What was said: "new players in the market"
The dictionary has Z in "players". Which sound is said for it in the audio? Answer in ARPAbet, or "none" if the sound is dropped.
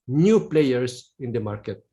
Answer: S